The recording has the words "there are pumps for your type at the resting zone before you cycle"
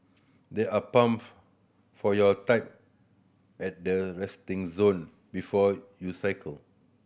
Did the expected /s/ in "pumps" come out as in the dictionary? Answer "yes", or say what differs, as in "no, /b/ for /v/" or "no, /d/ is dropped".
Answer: no, /s/ is dropped